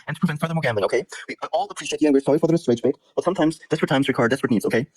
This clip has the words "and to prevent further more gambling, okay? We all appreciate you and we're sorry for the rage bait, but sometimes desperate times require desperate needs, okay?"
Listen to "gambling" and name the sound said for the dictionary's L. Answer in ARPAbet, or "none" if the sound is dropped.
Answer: none